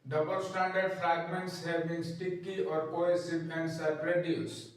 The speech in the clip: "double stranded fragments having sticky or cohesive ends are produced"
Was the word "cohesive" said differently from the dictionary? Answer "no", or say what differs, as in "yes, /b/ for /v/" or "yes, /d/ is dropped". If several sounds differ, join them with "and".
yes, /p/ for /v/